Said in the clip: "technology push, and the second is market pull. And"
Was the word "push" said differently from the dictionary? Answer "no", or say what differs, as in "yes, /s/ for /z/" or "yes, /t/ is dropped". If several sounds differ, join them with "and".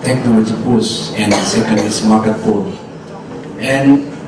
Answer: yes, /s/ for /ʃ/